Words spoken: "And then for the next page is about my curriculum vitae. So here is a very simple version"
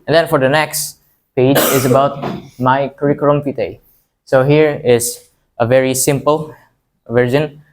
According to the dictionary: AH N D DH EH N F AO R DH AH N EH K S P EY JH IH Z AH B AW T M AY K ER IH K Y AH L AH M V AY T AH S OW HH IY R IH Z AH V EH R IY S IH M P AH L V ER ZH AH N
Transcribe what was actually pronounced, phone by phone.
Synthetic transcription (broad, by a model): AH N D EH N F AO R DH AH N EH K S P EY JH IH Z AH B AW T M AY K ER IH K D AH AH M F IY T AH S OW HH IY R IH Z AH V EH R IY S IH M P AH L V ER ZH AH N